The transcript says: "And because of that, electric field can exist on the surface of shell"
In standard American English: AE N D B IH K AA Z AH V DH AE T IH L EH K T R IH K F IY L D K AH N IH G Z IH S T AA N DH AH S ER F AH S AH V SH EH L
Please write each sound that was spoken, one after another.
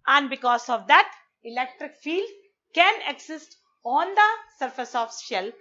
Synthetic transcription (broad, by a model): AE N D B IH K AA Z AH V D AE T IH L EH K T R IH K F IY L D K AH N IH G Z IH S T AA N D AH S ER F AH S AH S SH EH L